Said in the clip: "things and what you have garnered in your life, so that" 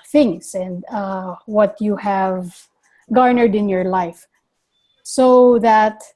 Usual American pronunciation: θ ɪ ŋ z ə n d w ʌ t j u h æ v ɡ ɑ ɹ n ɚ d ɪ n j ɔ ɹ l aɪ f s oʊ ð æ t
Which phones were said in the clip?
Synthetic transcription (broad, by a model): θ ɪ ŋ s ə n d w ʌ t j u h æ v ɡ ɑ ɹ n ɚ d ɪ n j ɔ ɹ l aɪ f s oʊ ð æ t